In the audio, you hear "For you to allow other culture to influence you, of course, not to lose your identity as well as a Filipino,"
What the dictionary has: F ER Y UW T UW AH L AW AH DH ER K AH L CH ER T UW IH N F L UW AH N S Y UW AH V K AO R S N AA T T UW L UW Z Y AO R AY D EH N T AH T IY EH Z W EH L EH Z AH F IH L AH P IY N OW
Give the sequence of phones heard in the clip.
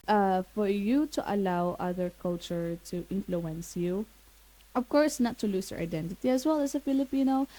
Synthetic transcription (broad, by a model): F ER Y UW T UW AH L AW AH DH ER K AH L CH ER T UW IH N F L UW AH N S Y UW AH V K AO R S N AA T T UW L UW S Y AO R AY D EH N T AH T IY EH S W EH L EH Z AH F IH L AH P IY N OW